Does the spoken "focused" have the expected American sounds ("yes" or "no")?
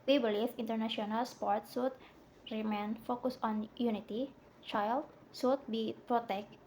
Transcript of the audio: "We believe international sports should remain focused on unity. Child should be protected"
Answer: no